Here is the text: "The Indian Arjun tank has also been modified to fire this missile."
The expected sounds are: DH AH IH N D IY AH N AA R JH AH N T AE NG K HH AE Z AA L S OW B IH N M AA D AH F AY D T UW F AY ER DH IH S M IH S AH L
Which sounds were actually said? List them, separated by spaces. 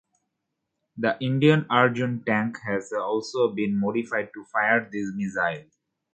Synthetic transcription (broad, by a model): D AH IH N D IY AH N AA R JH AH N T AE NG K HH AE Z AA L S OW B IH N M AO D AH F AY D T UW F AY ER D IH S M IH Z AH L